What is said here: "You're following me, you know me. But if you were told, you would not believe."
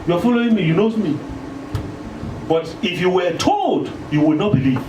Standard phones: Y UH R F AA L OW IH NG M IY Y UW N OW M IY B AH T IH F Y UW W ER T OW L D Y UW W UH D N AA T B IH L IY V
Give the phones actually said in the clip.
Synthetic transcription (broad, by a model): Y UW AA F AA L OW IH NG M IY Y UW N OW M IY B AH T IH F Y UW W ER T OW L D Y UW W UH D N AA T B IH L IY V